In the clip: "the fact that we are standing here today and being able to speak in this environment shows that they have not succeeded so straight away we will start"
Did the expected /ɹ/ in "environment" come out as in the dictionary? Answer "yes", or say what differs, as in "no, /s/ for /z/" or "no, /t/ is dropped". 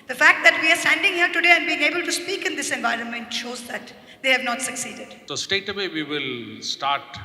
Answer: yes